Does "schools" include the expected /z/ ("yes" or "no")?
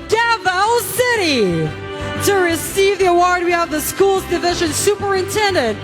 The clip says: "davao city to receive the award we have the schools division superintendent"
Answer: yes